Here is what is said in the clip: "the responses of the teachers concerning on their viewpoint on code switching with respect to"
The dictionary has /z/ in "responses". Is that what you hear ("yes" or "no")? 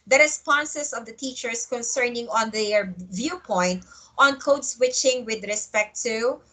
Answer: no